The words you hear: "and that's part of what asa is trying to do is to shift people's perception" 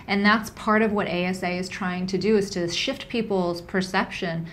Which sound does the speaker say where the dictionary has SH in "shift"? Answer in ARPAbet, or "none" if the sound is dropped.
SH